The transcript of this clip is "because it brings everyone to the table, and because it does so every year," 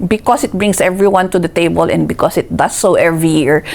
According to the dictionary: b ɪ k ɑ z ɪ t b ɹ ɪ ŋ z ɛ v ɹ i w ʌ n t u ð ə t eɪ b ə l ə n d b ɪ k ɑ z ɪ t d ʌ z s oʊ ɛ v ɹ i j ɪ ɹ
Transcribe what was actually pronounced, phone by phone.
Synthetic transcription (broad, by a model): b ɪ k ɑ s ɪ t b ɹ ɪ ŋ s ɛ v ɹ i w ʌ n t u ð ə t eɪ b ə l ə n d b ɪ k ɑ s ɪ t d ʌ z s oʊ ɛ v ɹ i j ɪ ɹ